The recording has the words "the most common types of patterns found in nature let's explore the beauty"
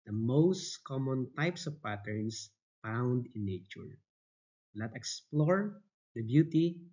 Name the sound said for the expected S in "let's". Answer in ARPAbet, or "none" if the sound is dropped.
none